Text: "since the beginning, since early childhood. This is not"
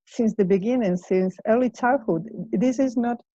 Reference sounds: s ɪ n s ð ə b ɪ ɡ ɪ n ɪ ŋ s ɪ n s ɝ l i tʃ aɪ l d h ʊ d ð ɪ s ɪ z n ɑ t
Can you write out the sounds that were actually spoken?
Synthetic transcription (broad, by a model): s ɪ n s ð ə b ɪ ɡ ɪ n ɪ ŋ s ɪ n s ɝ l i tʃ aɪ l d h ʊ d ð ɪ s ɪ z n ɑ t